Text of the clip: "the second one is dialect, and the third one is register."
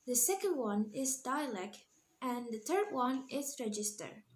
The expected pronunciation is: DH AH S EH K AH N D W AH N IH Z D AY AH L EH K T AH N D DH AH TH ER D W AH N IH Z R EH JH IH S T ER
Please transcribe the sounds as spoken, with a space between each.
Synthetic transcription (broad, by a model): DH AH S EH K AH N D W AH N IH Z D AY AH L EH K T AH N DH AH TH ER D W AH N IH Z R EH JH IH S T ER